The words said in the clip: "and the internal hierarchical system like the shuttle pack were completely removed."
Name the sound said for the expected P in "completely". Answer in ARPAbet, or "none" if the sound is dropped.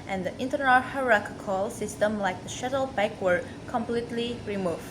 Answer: P